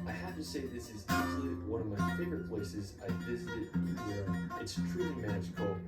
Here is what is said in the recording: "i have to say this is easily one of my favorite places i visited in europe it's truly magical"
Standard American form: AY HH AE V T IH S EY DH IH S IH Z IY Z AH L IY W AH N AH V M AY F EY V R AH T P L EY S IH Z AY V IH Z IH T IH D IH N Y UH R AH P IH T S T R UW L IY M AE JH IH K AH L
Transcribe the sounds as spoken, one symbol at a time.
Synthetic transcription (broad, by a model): AY HH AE F T IH S EY DH IH S IH Z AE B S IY W AH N AH V M AY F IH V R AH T P L EY S IH Z AY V IH Z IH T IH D IH N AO AH IH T S T R UW L IY M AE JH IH K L